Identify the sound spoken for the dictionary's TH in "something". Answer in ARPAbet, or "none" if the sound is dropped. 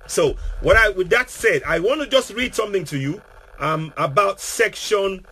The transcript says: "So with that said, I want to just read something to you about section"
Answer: TH